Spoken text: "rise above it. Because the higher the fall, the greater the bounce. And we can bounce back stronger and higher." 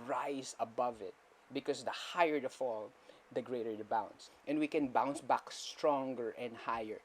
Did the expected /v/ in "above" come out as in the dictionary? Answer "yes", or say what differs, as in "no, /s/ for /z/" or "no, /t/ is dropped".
yes